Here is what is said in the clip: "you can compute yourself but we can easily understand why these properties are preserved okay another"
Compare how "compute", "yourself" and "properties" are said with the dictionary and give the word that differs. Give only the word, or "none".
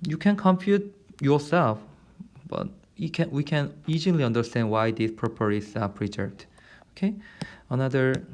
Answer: properties